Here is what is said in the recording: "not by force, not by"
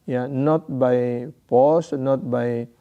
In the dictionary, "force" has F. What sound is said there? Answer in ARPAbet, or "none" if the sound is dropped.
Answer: P